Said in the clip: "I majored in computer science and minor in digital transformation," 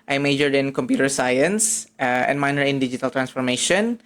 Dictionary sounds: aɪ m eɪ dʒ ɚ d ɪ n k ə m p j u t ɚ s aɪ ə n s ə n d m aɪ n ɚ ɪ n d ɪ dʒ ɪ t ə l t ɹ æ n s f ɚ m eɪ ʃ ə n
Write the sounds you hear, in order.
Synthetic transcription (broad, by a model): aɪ m eɪ dʒ ɚ d ɪ n k ə m p j u t ɚ s aɪ ə n s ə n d m aɪ n ɚ ɪ n d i dʒ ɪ t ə l t ɹ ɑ n s f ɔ m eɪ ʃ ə n